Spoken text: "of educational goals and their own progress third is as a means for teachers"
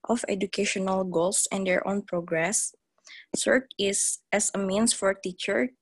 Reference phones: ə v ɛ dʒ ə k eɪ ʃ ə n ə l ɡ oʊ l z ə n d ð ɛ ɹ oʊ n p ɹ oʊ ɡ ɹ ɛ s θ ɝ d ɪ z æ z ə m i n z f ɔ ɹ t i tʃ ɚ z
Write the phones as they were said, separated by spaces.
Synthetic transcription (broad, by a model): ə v ɛ dʒ ə k eɪ ʃ ə n ə l ɡ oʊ l s ə n d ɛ ɹ oʊ n p ɹ oʊ ɡ ɹ ɛ s s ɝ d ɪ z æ s ə m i n s f ɔ ɹ t i tʃ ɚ